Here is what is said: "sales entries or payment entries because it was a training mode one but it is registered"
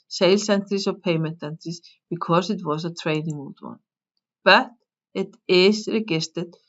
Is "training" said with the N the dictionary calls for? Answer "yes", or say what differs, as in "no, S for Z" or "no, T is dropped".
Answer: yes